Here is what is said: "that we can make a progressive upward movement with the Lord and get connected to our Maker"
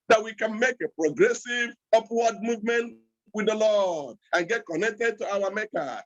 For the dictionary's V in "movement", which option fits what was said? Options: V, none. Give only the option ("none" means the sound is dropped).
V